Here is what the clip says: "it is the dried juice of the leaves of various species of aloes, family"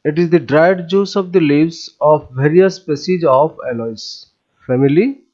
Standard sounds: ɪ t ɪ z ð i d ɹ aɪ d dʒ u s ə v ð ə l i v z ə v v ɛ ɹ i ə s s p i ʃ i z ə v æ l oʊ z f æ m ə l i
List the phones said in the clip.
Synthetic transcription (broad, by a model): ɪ t ɪ z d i d ɹ aɪ d dʒ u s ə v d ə l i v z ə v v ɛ ɹ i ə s s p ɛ s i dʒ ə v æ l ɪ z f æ m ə l i